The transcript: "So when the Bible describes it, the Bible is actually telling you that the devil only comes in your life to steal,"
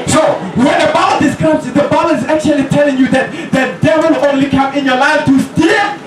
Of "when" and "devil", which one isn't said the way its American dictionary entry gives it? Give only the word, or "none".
devil